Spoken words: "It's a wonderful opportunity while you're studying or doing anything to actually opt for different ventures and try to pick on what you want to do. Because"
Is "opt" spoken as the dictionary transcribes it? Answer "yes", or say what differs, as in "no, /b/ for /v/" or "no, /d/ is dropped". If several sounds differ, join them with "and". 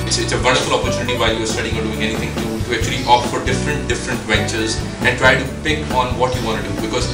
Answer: no, /f/ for /p/